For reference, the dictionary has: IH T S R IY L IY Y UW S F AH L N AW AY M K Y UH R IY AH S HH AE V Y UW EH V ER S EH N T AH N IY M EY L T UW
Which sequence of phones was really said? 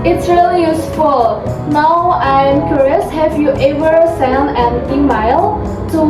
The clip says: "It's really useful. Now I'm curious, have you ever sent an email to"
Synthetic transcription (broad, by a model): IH T S R IY L IY Y UW S F AH L N AW AY M K Y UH R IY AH S HH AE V Y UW EH V ER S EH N AH N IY M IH L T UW